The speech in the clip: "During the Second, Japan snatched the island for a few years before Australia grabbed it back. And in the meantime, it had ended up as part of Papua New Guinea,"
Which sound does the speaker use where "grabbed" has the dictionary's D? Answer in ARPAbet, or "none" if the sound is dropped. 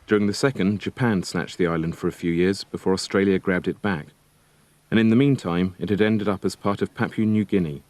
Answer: D